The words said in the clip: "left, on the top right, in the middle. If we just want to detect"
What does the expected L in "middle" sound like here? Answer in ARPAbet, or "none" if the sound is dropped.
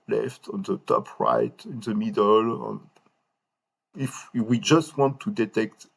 N